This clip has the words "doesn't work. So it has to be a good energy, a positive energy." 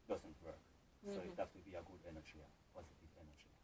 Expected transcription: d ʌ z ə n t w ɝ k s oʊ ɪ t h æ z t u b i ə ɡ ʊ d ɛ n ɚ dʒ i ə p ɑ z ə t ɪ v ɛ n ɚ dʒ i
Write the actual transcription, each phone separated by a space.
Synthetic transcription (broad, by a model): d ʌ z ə n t w ɝ k s oʊ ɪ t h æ s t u b i ə ɡ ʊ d ɛ n ɚ dʒ i ə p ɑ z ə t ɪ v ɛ n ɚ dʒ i